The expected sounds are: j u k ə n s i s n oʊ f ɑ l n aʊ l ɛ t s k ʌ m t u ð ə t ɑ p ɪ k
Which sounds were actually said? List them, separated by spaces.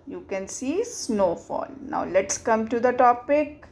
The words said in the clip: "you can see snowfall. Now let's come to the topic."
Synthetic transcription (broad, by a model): j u k ə n s i s n oʊ f ɑ l n aʊ l ɛ t s k ʌ m t u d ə t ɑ p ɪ k